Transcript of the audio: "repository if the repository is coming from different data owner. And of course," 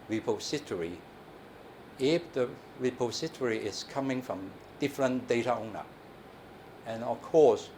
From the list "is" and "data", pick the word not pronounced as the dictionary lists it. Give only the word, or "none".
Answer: is